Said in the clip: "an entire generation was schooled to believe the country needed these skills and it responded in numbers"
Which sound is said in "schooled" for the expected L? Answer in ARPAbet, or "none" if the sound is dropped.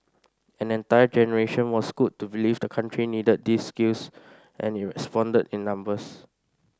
none